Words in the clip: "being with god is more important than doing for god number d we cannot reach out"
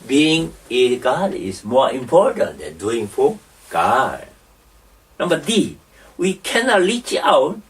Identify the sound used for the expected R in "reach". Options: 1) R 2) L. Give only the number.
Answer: 2